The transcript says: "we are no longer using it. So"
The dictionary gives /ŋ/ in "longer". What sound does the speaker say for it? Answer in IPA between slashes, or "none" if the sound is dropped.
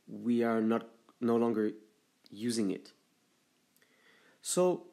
/ŋ/